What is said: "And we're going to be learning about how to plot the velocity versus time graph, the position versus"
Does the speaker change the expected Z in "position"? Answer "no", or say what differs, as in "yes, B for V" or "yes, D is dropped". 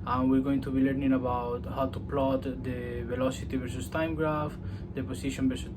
yes, S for Z